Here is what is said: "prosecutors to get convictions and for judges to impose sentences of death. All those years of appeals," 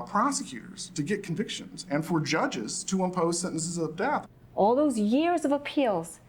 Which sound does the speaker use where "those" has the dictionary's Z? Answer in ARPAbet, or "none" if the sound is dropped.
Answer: Z